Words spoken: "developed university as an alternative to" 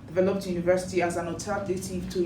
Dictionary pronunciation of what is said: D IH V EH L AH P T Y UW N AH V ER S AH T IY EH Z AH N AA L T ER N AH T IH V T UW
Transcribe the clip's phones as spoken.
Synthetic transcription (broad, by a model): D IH V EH L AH P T Y UW N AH V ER S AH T IY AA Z AH N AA T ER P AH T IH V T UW